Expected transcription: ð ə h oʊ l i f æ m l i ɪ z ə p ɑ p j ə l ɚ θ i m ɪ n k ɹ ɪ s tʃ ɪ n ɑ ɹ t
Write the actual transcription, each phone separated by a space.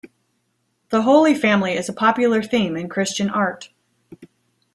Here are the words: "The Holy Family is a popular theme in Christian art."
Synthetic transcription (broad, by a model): ð ə h oʊ l i f æ m l i ɪ z ə p ɑ p j l ɚ θ i m ɪ n k ɹ ɪ s tʃ ɪ n ɑ ɹ t